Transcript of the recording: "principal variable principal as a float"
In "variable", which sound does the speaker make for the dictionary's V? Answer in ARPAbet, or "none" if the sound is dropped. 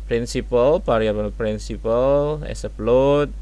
P